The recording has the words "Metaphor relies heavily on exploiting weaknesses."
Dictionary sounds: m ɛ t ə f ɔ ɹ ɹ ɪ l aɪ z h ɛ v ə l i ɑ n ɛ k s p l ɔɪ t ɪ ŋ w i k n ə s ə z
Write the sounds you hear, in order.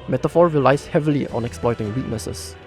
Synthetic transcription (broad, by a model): m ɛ t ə f ɔ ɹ w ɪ l aɪ s h ɛ v ə l i ɑ n ɛ k s p l ɔɪ t ɪ ŋ w i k n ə s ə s